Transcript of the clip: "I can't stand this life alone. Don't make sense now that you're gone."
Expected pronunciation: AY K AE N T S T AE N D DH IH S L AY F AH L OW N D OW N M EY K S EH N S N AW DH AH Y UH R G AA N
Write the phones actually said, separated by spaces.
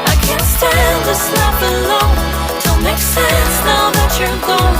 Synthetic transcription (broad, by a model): AY K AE N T S T AE N D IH S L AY P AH L OW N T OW L M EY K S EH N S N AW DH AH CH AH R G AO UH